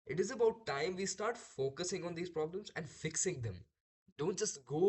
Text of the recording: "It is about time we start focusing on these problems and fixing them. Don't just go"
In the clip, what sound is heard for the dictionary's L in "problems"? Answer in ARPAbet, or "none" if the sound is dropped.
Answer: L